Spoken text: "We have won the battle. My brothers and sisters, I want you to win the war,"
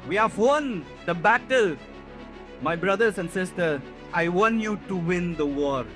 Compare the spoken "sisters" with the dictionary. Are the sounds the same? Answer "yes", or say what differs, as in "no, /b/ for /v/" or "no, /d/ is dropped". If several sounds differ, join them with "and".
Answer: no, /z/ is dropped